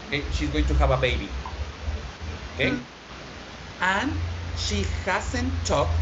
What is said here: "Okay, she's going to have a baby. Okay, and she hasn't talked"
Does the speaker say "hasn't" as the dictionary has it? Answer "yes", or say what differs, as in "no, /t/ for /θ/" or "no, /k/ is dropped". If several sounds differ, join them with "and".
no, /s/ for /z/